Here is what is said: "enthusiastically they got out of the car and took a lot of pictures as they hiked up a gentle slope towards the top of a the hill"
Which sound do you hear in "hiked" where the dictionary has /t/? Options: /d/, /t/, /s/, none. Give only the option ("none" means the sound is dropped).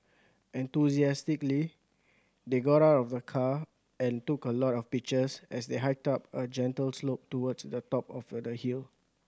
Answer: /t/